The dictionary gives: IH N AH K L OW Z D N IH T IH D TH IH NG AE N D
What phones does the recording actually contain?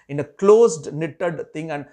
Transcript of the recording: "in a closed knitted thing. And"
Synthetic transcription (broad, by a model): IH N AH K L OW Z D N IH T IH D T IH NG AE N D